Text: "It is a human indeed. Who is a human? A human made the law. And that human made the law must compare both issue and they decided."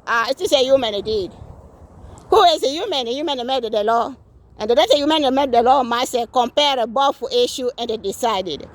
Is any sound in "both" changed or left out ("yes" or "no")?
yes